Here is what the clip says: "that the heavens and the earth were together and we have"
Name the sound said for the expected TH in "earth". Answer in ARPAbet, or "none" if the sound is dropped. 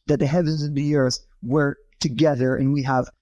TH